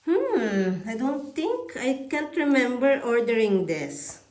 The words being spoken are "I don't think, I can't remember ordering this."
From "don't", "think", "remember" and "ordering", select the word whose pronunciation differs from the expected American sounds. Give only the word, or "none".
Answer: think